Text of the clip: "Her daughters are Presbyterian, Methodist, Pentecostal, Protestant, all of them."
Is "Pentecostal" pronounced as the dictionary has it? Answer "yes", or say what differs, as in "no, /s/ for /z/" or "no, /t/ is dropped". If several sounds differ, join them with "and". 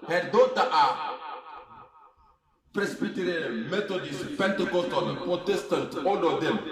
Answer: no, /s/ is dropped